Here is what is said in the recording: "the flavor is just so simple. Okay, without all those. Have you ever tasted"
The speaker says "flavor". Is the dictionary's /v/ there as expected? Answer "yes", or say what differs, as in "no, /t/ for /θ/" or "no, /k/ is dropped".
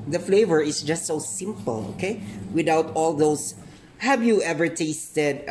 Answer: yes